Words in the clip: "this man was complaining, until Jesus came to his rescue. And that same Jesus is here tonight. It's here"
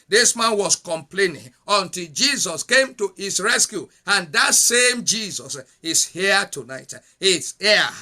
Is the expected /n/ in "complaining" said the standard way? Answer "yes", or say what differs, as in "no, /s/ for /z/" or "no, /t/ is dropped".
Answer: yes